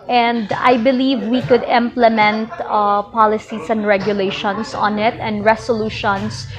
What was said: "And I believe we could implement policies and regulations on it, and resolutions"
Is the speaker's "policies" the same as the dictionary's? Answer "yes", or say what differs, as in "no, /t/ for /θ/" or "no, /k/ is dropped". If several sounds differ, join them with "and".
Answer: no, /s/ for /z/